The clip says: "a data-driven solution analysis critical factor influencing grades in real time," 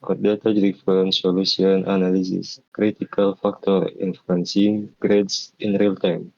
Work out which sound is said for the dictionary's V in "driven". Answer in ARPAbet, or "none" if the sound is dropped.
F